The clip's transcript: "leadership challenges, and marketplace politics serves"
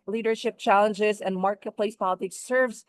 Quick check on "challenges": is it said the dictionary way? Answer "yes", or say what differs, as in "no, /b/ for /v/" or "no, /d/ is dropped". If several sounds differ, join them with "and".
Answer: yes